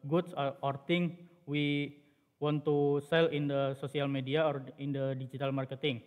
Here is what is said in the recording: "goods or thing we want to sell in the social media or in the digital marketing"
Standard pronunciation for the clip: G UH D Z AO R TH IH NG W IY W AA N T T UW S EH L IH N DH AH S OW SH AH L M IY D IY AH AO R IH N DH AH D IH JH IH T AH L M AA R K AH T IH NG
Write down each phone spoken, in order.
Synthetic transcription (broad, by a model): G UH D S AO R T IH NG W IY W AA N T T UW S EH L IH N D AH S OW S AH L M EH D IY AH AO R IH N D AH D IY JH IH T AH L M AA R K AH T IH NG